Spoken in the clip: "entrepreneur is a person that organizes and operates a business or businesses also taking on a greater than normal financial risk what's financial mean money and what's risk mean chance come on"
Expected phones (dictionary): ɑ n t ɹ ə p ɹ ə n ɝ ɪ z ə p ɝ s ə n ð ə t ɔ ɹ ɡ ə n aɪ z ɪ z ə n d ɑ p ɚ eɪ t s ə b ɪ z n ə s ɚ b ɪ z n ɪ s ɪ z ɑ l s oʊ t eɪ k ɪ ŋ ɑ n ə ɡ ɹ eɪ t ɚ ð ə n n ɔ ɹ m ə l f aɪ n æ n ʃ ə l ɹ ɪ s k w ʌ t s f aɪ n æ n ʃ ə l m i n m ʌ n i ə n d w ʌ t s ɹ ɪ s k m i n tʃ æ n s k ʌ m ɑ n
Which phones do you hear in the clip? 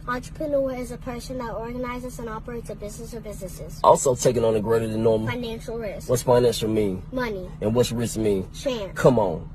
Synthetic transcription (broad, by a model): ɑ n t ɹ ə p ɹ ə n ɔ ɪ z ə p ɝ s ə n ð ə t ɔ ɹ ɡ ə n aɪ z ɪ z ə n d ɑ p ɚ eɪ t s ə b ɪ z n ə s ɚ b ɪ z n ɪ s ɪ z ɑ l s oʊ t eɪ k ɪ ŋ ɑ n ə ɡ ɹ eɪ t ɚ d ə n n ɔ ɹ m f aɪ n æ n ʃ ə l ɹ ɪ s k w ʌ t s f aɪ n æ n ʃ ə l m i m ʌ n i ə n w ʌ t s ɹ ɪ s m i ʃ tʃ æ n k ʌ m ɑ n